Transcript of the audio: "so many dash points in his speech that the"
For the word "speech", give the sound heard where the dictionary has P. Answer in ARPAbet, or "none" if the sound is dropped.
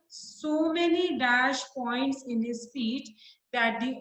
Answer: F